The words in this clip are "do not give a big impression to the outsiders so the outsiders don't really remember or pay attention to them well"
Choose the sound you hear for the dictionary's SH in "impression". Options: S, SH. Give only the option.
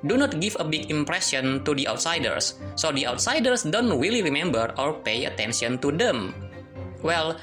S